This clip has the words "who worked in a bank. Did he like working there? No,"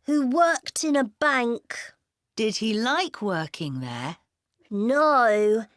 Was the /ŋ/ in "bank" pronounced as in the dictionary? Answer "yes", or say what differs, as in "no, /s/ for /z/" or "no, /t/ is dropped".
yes